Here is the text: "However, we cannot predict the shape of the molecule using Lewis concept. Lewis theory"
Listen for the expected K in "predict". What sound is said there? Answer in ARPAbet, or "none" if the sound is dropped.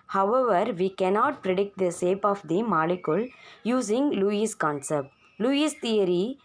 K